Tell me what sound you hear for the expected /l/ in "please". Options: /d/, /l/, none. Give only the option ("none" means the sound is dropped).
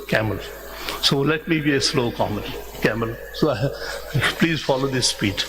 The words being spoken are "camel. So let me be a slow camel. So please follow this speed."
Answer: /l/